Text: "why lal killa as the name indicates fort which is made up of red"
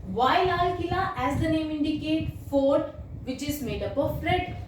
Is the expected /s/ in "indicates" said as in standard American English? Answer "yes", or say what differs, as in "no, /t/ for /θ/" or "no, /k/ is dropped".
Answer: no, /s/ is dropped